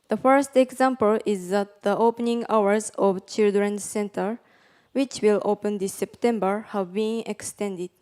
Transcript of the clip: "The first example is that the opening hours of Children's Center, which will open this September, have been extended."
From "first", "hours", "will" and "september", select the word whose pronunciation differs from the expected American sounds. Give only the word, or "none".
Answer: none